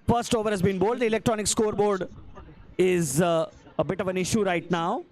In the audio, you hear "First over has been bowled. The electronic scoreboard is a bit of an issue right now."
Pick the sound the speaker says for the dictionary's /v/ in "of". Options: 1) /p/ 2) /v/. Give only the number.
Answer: 2